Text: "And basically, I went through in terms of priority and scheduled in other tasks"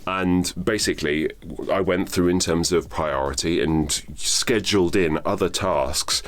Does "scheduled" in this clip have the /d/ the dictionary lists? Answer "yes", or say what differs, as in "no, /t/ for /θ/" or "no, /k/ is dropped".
yes